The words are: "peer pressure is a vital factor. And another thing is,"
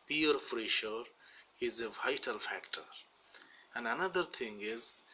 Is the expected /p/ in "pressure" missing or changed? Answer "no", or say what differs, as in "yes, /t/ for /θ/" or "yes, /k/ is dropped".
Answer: yes, /f/ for /p/